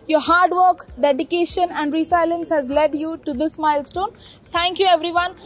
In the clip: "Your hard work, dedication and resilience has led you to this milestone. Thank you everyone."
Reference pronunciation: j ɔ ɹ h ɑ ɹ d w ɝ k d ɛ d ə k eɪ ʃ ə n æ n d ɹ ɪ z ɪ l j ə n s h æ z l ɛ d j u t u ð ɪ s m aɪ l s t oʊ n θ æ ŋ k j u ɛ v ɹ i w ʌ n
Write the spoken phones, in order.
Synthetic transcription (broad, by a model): j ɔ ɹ h ɑ ɹ d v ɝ k d ɛ d ə k eɪ ʃ ə n æ n d ɹ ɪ s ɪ l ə n s h æ z l ɛ d j u t u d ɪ s m aɪ l s t oʊ n t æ ŋ k j u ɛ v ɹ i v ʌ n